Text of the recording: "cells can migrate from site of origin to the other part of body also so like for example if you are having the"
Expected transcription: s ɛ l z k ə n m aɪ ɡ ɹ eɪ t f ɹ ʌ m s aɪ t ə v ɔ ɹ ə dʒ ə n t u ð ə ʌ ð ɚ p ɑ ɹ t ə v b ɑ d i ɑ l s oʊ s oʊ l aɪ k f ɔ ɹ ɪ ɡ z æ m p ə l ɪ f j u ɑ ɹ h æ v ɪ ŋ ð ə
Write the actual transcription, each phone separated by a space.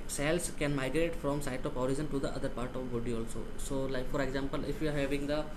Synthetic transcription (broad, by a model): s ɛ l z k ə n m aɪ ɡ ɹ eɪ t f ɹ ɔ m s aɪ t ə p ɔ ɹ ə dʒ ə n t u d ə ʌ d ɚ p ɑ ɹ t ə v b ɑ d i ɑ l s oʊ s oʊ l aɪ k f ɔ ɹ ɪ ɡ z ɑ m p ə l ɪ f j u ɑ ɹ h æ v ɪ ŋ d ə